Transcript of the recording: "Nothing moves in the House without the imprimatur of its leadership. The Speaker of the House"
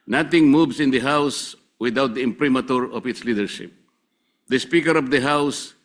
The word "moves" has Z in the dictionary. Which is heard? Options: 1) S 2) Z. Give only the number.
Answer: 1